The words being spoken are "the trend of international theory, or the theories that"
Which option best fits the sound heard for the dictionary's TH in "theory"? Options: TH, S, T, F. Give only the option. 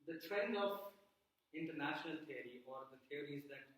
T